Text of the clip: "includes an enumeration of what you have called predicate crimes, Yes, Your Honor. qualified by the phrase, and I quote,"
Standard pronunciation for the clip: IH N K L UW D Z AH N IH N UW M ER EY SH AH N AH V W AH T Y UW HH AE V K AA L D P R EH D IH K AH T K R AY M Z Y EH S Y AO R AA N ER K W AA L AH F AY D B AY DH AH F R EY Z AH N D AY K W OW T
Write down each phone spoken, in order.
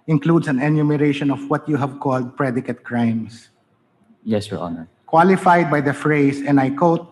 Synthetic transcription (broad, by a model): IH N K L UW D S AH N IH N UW M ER EY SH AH N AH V W AH T Y UW HH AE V K AA L D P R EH D IH K AH T K R AY M S Y EH S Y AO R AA N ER K W AA L AH F AY D B AY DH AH F R EY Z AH N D AY K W OW T